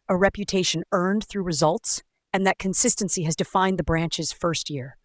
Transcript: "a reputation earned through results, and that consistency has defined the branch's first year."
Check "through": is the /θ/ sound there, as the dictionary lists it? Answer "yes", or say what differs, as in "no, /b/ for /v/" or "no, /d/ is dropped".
yes